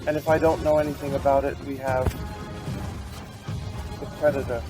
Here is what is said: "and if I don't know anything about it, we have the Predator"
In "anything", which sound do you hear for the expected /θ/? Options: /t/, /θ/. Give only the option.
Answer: /θ/